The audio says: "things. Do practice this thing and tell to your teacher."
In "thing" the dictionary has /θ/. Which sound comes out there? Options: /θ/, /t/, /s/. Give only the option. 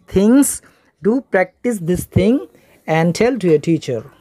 /t/